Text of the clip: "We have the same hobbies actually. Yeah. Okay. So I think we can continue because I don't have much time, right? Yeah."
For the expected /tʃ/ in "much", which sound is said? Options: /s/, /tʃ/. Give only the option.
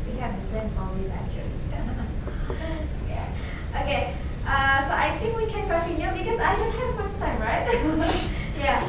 /s/